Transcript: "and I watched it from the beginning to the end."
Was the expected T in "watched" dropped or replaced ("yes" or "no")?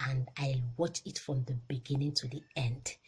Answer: yes